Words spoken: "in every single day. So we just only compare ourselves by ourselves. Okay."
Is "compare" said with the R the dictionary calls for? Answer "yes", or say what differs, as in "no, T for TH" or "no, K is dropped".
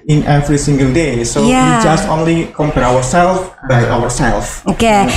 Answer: no, W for R